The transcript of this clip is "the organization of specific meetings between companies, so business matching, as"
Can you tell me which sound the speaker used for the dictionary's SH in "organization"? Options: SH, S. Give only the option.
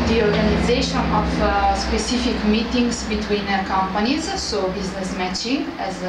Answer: SH